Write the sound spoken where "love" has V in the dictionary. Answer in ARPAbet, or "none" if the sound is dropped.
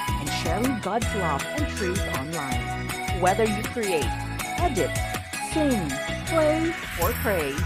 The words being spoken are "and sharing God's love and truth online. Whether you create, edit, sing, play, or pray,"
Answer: F